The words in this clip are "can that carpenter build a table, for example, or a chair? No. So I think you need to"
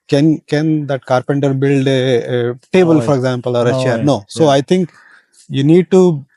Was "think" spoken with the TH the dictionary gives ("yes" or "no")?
no